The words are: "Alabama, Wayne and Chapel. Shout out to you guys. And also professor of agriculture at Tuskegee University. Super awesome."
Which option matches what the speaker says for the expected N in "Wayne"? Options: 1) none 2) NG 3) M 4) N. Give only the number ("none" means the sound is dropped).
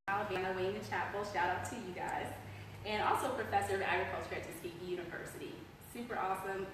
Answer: 1